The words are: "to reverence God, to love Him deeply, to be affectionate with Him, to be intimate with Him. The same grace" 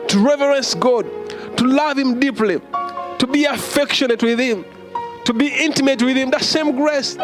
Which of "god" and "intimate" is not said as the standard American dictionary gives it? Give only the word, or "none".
none